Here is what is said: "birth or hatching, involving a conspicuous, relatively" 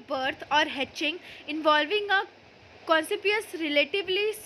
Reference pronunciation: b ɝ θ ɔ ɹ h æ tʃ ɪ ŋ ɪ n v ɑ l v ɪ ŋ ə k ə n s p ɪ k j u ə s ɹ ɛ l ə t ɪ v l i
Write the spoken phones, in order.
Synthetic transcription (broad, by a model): b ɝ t ɔ ɹ h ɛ tʃ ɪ ŋ ɪ n v ɑ l v ɪ ŋ ə k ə n s ɪ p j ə s ɹ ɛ l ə t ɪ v l i